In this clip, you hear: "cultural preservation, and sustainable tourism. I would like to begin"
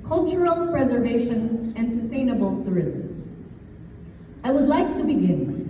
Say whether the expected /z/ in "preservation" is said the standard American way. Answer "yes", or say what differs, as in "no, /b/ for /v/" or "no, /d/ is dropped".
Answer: yes